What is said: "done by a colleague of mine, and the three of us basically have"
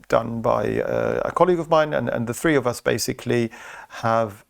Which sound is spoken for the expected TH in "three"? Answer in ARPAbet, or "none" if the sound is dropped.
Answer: TH